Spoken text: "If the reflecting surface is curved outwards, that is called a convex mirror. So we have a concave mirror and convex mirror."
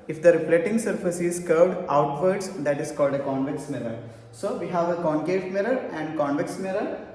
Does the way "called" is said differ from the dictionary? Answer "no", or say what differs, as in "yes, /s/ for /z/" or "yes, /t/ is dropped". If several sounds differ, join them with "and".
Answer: no